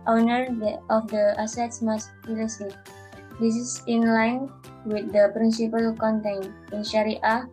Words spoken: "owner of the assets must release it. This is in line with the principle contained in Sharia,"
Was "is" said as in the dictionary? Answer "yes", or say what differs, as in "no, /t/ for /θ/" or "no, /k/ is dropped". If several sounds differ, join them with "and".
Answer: no, /s/ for /z/